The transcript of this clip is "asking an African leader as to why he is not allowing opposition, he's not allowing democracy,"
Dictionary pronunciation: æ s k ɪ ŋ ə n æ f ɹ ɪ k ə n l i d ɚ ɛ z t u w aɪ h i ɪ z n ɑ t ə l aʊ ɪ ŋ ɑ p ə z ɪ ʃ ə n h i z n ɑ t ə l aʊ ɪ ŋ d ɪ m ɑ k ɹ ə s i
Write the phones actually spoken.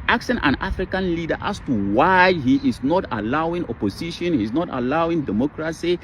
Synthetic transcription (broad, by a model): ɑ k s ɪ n ə n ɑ f ɹ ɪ k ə n l i d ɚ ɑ s t u w aɪ h i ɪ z n ɑ t ə l aʊ ɪ ŋ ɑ p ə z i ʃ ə n h i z n ɑ t ə l aʊ ɪ ŋ d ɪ m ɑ k ɹ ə s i